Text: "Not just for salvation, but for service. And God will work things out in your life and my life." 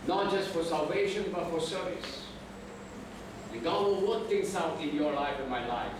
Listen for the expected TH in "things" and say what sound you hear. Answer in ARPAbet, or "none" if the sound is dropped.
T